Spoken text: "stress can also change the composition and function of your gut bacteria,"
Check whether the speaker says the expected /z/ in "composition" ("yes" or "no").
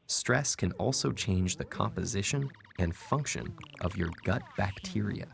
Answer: yes